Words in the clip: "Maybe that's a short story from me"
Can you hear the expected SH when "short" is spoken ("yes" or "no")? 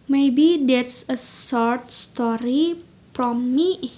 no